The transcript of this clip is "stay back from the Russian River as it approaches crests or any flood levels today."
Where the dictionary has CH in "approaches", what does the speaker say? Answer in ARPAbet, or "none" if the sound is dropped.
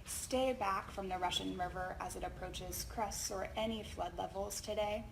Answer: CH